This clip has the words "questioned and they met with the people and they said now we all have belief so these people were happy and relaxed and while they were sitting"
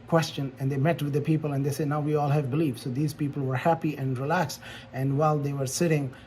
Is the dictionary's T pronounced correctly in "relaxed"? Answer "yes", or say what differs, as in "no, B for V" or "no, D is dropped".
no, T is dropped